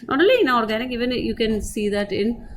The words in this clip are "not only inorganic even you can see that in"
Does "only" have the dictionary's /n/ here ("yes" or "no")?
no